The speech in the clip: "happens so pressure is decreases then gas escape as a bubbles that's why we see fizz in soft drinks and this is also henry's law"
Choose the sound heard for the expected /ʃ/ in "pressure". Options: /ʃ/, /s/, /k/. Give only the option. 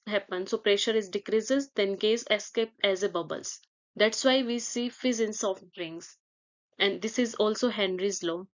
/ʃ/